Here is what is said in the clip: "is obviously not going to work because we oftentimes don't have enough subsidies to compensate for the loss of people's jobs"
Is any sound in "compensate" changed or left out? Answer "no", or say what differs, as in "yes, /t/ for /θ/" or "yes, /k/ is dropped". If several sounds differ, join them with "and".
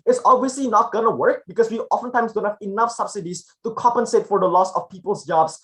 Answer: no